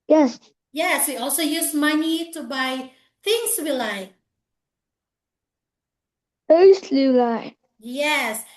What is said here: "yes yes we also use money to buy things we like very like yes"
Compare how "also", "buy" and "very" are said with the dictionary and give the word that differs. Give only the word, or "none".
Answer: very